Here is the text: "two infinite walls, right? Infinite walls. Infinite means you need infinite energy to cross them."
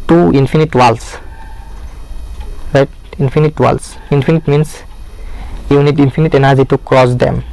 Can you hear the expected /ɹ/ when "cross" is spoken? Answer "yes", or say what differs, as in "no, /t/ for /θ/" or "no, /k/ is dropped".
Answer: yes